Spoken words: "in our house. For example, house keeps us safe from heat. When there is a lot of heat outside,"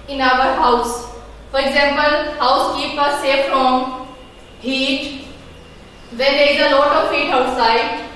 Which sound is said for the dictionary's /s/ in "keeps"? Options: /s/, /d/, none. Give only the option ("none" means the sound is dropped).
none